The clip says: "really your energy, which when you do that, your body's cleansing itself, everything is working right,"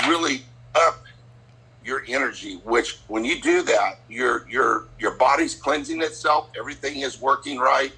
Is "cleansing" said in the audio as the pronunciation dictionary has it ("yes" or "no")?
yes